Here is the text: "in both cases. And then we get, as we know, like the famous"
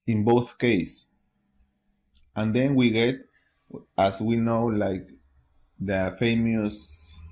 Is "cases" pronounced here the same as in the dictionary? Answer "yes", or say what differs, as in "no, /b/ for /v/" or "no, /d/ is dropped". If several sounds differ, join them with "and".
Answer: no, /s/ is dropped and /s/ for /z/